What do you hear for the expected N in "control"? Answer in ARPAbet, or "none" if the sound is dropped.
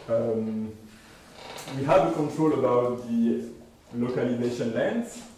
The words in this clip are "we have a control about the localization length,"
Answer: N